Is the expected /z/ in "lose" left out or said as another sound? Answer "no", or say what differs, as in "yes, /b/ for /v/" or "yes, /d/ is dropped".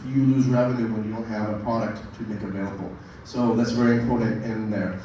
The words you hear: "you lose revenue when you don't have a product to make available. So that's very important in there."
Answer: no